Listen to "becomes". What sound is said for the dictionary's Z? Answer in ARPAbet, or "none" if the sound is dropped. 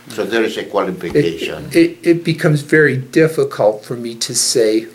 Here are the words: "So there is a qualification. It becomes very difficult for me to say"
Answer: Z